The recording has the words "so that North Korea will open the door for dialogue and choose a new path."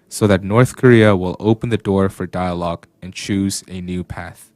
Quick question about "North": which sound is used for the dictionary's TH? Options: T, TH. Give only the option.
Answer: TH